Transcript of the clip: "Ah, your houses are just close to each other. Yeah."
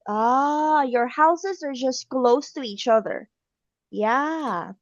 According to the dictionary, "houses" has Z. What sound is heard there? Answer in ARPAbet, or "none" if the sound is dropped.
Z